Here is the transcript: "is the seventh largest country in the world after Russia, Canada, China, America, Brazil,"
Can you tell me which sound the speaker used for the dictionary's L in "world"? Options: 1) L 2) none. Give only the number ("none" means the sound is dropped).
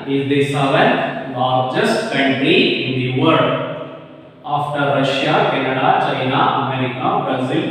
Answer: 2